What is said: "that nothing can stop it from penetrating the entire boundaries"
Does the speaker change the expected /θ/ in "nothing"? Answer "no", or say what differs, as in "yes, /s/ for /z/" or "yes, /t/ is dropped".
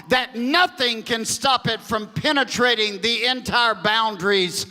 no